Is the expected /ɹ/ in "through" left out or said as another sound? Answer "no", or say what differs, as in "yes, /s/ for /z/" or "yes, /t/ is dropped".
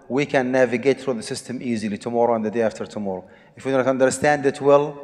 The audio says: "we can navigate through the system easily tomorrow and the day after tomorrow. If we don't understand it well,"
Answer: no